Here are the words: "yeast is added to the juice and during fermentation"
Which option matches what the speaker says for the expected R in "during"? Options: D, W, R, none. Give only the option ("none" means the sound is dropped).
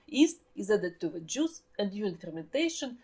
none